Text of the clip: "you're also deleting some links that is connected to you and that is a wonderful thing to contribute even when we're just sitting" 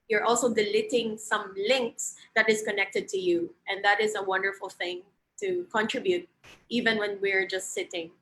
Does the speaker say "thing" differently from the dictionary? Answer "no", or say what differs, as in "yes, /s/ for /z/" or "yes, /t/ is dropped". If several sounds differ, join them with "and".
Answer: no